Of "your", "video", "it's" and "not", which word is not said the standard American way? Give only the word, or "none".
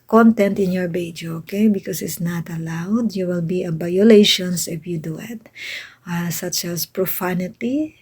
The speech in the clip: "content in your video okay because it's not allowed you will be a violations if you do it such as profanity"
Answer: video